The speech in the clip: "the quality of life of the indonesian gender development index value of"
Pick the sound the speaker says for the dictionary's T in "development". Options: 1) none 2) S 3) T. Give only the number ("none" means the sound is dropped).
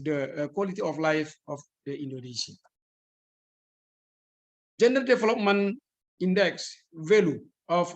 1